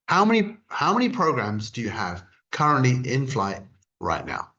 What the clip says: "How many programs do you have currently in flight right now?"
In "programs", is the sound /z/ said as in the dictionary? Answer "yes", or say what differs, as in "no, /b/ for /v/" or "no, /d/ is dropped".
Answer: yes